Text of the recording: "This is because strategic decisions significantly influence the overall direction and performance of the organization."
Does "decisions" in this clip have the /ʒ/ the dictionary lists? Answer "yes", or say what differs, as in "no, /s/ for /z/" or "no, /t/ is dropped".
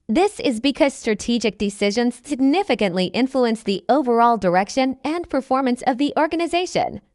yes